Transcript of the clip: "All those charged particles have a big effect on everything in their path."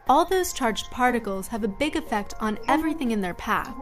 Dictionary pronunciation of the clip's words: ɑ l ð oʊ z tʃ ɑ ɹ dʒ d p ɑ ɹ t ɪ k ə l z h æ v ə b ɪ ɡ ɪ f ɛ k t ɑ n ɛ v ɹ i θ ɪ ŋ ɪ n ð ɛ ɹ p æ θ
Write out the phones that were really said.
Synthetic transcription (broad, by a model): ɑ l ð oʊ z tʃ ɑ ɹ dʒ d p ɑ ɹ t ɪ k l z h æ v ə b ɪ ɡ ɪ f ɛ k t n ɛ v ɹ i θ ɪ ŋ ɪ n ð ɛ ɹ p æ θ